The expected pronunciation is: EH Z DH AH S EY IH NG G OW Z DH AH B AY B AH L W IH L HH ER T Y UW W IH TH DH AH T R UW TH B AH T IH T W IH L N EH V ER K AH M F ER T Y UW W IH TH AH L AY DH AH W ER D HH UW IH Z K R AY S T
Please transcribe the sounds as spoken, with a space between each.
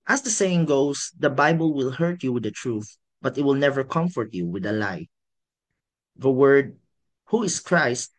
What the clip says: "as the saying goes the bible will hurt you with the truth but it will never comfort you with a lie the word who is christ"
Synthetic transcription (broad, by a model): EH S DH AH S EY IH NG G OW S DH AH B AY B AH L W IH L HH ER T Y UW W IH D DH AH T R UW TH B AH T IH T W IH L N EH V ER K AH M F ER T Y UW W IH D AH L AY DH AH W ER D HH UW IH S K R AY S T